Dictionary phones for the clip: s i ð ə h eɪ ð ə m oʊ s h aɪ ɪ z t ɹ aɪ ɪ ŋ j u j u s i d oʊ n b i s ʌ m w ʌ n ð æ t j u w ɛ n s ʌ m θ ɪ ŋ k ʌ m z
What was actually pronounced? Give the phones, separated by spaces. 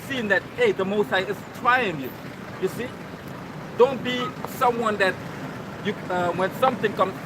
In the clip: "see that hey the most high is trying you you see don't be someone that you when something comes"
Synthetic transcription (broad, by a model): s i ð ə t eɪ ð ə m oʊ s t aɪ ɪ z t ɹ aɪ ɪ ŋ j u j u s i d oʊ n b i s ʌ m w ʌ n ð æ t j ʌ w ɛ n s ʌ m θ ɪ ŋ k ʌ m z